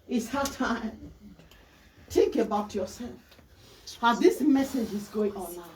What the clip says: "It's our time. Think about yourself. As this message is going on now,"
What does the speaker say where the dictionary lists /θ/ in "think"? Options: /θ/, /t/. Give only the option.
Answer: /t/